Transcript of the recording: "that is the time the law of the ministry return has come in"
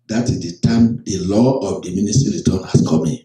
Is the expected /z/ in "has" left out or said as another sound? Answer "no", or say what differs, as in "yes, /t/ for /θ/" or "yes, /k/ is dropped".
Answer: yes, /s/ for /z/